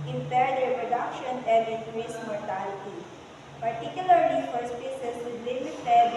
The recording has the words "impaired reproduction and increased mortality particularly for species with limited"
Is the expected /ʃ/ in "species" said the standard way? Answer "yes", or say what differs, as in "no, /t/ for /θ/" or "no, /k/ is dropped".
no, /s/ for /ʃ/